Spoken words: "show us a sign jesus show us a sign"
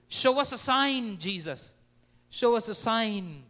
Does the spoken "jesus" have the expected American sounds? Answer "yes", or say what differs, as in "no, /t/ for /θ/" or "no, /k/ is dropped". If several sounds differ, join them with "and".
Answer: yes